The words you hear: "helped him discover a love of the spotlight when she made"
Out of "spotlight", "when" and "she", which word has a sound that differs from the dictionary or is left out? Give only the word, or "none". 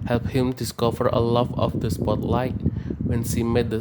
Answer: she